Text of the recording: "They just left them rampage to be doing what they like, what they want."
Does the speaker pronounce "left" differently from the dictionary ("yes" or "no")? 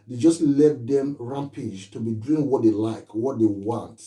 yes